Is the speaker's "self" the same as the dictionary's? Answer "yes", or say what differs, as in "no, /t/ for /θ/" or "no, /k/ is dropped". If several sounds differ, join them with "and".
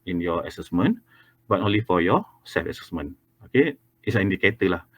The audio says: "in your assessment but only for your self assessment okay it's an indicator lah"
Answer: no, /l/ is dropped